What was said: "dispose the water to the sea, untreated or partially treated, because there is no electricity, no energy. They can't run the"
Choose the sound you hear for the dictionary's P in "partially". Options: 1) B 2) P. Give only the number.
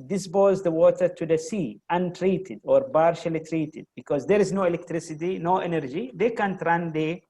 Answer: 1